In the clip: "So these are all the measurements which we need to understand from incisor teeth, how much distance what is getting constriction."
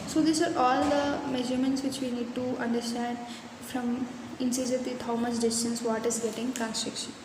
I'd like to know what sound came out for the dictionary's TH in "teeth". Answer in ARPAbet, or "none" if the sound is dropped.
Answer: T